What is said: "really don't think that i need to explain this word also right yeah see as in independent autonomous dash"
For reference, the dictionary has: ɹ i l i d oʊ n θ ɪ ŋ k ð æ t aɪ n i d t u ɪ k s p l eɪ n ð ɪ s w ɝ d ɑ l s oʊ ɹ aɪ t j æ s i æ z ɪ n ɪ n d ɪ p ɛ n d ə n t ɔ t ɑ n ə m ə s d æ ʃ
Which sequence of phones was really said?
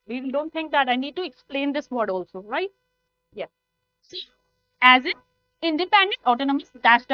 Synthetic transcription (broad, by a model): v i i d oʊ n t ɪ ŋ k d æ t aɪ n i d t u ɪ k s p l eɪ n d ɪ s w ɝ d ɑ l s oʊ ɹ aɪ t j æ s i æ z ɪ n ɪ n d ɪ p ɛ n d ə n t ɔ t ɑ n ə m ə s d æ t